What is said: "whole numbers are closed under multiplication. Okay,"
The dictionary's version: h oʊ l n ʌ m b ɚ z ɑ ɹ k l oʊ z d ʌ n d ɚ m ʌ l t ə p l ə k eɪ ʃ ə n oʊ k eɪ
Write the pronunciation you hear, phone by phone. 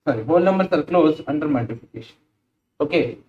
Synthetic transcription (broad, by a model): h oʊ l n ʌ m b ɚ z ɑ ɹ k l oʊ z ʌ n d ɚ m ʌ t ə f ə k eɪ ʃ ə n oʊ k eɪ